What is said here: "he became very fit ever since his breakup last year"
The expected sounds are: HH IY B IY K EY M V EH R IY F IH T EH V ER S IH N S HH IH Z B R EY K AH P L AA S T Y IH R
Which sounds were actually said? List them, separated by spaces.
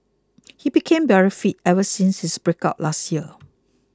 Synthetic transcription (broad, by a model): HH IY B IY K EY M B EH R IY F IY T EH V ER S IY N S HH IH S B R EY K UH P L AA S T Y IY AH